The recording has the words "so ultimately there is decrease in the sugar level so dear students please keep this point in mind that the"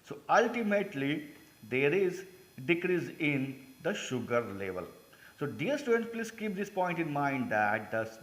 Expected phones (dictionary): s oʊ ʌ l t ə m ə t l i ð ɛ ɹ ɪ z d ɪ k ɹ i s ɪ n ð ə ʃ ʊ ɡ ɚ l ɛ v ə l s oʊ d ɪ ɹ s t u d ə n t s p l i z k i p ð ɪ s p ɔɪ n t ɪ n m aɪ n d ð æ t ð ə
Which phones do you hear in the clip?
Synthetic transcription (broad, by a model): s oʊ ʌ l t ə m ə t l i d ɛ ɹ ɪ z d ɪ k ɹ i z ɪ n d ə ʃ ʊ ɡ ɚ l ɛ v ə l s oʊ d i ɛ s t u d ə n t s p l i s k i p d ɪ s p ɔɪ n t ɪ n m aɪ n d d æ t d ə